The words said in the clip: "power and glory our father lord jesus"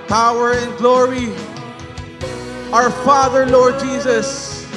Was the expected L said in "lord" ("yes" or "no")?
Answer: yes